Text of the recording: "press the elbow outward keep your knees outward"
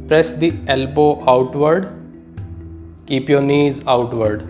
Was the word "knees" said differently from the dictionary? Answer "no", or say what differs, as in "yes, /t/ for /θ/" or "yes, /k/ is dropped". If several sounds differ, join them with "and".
no